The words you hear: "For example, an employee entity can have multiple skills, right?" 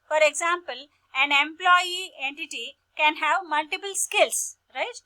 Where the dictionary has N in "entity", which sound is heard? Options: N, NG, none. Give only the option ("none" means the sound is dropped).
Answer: N